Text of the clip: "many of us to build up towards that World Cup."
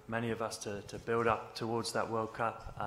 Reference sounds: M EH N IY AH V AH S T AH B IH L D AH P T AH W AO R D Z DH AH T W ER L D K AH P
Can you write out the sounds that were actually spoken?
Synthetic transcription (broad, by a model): M EH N IY AH V AH S T AH B IH L D AH P T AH W AO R D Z DH AH T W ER L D K AH P